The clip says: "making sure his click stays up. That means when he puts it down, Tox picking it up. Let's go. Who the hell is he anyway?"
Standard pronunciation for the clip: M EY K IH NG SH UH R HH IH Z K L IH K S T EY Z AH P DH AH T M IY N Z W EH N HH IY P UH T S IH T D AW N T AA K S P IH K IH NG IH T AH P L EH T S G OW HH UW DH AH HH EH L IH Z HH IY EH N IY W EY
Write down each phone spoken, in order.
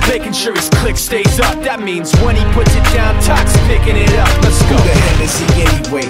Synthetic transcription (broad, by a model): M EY K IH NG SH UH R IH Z K L IH K S T EY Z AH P DH AH T M IY N Z W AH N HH IY P UH T S IH T D AW N T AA K S P IH K IH NG IH T AH P N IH S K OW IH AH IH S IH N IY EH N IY W EY